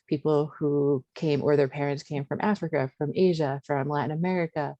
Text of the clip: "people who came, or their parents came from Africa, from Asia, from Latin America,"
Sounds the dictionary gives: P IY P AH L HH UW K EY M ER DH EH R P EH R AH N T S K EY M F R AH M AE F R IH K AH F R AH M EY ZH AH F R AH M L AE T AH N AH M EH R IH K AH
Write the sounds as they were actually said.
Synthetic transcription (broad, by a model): P IY P L HH UW K EY M ER DH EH R P EH R AH N T S K EY M F R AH M AE F R IH K AH F R AH M EY ZH AH F R AH M L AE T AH N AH M EH R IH K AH